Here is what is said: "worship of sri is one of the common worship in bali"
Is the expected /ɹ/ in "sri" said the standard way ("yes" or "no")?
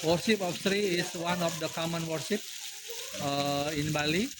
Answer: yes